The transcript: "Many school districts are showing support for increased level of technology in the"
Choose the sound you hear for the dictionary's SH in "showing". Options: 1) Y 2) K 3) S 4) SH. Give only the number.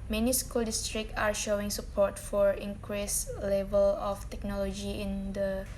4